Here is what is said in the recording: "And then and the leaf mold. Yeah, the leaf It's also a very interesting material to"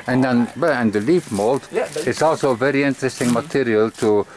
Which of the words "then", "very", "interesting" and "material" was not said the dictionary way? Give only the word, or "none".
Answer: then